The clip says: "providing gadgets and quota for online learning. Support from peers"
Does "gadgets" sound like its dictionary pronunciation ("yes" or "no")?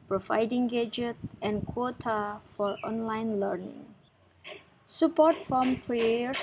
no